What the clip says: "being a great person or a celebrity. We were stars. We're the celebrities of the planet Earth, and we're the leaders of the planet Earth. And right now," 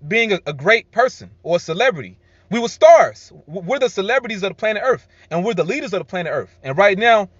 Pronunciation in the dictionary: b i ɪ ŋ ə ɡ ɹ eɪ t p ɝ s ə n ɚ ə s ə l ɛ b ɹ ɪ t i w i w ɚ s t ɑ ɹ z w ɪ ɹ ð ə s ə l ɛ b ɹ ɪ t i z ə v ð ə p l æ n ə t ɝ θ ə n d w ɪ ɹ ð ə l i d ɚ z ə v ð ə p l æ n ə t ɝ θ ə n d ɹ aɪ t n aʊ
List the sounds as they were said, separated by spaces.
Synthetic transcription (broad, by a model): b i ɪ ŋ ə ɡ ɹ eɪ t p ɝ s ə n ɚ ə s ə l ɛ b ɹ ɪ t i w i w ɚ s t ɑ ɹ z w ɪ ɹ ð ə s ə l ɛ b ɹ ɪ t i z ə v ð ə p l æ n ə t ɝ θ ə n w ɪ ɹ ð ə l i d ɚ z ə v ð ə p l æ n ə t ɝ θ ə n ɹ aɪ t n aʊ